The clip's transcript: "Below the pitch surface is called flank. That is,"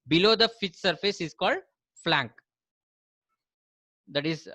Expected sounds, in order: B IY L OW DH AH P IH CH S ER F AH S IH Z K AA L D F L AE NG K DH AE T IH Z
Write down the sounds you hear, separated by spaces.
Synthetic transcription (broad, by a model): B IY L OW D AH F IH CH S ER F AH S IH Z K AA L D F L AE NG K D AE T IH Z